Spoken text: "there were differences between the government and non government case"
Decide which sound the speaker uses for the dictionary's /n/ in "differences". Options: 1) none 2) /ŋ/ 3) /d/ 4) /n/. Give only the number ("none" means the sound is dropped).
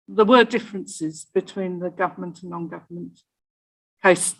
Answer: 4